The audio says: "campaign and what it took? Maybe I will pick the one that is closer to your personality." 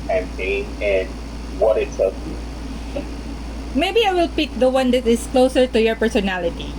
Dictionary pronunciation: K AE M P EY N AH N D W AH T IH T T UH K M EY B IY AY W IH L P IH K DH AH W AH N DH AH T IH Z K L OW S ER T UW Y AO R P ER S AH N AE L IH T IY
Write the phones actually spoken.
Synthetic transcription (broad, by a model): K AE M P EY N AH N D W AH T IH T S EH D M EY B IY AY W IH L P IH K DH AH W AH N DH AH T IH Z K L OW S ER T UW Y AO R P ER S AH N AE L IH T IY